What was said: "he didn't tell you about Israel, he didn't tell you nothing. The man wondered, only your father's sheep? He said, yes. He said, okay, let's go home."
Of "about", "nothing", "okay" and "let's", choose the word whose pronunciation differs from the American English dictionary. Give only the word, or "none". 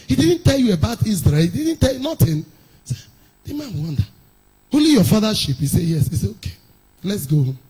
nothing